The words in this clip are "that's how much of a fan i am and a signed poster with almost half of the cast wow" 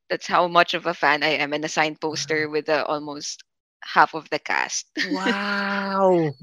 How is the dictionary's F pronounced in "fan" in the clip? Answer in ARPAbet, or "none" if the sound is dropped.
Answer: F